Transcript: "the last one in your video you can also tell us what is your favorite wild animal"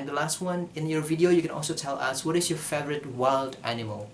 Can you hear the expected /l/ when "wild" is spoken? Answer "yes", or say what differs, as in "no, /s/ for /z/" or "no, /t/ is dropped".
yes